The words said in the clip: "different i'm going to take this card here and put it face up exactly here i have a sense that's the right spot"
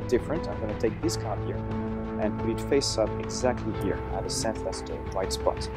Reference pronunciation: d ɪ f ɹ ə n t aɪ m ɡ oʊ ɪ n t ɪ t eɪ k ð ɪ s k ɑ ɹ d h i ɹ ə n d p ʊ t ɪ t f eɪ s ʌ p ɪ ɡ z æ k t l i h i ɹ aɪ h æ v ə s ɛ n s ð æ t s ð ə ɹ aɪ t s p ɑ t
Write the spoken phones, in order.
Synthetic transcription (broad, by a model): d ɪ f ɹ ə n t aɪ m ɡ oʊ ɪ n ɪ t eɪ k ð ɪ s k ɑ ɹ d h i ɹ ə n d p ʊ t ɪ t f eɪ s ʌ p ɪ ɡ z æ k t l i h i ɹ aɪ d ə s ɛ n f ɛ s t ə l aɪ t s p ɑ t